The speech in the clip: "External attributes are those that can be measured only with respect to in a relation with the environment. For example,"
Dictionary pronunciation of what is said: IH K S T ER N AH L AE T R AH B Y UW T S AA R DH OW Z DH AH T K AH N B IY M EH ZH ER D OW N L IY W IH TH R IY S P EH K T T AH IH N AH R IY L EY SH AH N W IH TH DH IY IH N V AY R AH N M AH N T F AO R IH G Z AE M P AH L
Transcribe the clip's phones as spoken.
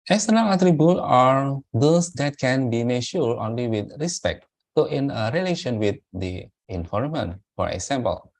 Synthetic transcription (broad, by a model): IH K S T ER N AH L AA T R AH B Y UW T AA R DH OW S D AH T K AH N B IY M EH SH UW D OW N L IY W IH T R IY S P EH K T T AH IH N AH R IY L EY SH AH N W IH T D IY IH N F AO R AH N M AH N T F AO R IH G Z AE M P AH L